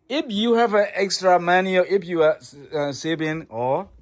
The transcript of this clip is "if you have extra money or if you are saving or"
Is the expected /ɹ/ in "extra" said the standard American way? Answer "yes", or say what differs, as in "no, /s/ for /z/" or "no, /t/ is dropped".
yes